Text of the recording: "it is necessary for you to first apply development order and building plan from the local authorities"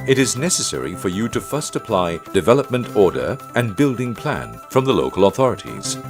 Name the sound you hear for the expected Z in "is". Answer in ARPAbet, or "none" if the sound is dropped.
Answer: Z